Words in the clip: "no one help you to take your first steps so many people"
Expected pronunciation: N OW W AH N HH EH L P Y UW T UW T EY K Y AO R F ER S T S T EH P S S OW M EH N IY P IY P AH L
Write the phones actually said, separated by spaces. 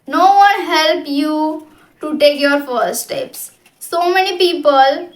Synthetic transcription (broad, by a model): N OW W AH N HH EH L P Y UW T UW T EY K Y AO R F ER T S T EH P S S OW M EH N IY P IY P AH L